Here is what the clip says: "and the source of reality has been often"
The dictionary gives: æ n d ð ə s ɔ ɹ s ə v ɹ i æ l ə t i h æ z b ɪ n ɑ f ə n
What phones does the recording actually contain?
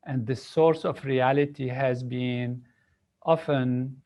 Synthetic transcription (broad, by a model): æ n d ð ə s ɔ ɹ s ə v ɹ i æ l ə t i h æ z b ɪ n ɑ f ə n